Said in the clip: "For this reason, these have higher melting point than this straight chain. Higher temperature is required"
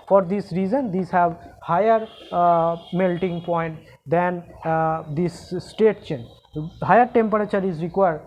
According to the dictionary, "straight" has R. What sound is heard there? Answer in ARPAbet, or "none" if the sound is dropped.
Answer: none